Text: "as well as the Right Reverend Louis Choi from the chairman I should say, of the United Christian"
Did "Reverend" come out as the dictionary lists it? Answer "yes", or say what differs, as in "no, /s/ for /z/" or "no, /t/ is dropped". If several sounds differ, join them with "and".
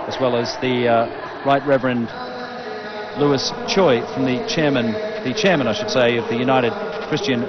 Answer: yes